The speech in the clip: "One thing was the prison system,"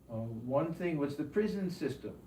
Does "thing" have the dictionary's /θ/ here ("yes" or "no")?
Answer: yes